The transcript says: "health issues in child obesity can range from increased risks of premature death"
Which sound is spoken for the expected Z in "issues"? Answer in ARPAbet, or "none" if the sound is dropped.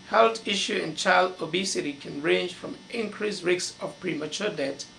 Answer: none